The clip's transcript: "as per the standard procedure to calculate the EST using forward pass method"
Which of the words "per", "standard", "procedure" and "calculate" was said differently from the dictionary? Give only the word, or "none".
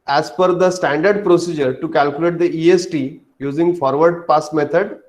per